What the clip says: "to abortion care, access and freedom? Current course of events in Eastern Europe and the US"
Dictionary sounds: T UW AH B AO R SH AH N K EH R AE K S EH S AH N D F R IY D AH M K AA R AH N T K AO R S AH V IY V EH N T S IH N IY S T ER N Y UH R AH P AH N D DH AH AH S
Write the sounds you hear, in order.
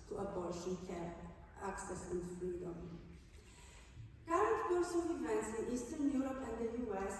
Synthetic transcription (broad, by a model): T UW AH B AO L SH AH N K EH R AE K S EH S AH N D F R IY D AH M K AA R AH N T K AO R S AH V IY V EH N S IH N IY S T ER N Y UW R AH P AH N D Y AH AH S